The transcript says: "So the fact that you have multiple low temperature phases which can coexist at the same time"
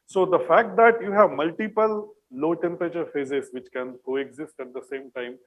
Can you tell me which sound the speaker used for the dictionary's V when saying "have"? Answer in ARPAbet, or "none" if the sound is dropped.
V